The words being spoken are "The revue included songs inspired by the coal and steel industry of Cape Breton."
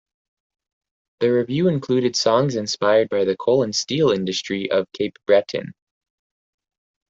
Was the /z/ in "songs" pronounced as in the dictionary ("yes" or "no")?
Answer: yes